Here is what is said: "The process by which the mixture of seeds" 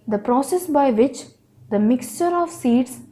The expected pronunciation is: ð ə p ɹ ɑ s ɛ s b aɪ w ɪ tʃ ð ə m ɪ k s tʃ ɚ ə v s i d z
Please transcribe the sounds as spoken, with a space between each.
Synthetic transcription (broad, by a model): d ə p ɹ ɑ s ɛ s b aɪ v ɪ tʃ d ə m ɪ k s tʃ ɚ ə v s i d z